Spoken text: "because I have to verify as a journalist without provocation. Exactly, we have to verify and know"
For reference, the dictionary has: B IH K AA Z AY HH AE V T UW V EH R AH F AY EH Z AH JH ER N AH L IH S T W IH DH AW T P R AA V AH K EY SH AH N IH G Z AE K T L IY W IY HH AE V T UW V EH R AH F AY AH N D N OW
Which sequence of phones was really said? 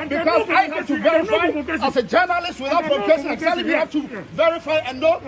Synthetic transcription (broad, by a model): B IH K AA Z AY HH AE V T UW V EH R AH F AY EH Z AH JH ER N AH L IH S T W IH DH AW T F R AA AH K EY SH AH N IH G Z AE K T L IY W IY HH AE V T UW V EH R AH F AY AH N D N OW